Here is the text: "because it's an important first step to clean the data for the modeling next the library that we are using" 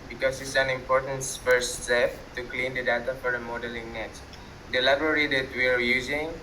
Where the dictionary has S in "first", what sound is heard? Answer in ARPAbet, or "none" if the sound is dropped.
none